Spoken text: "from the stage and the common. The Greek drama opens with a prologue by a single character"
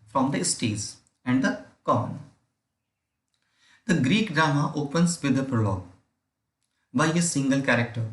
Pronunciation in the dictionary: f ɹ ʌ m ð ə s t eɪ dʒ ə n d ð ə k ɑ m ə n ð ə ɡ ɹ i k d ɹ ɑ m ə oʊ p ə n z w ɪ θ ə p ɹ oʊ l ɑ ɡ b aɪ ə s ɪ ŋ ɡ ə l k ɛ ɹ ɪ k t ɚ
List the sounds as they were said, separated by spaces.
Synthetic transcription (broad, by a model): f ɹ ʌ m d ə s t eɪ z ə n d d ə k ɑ n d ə ɡ ɹ i k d ɹ ɑ m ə oʊ p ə n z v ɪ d ə p ɹ oʊ l ɑ ɡ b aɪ ə s ɪ ŋ ɡ ə l k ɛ ɹ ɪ k t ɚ